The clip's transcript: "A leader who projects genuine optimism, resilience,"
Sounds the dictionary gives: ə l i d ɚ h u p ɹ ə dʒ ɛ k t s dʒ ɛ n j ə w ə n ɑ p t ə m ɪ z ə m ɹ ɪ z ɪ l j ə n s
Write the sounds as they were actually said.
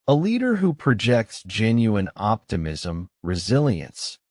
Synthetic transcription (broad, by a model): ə l i d ɚ h u p ɹ ə dʒ ɛ k t s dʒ ɛ n j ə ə n ɑ p t ə m ɪ z ə m ɹ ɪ z ɪ l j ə n s